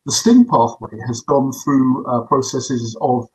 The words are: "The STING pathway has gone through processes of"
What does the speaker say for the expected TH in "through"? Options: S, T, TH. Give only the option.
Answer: TH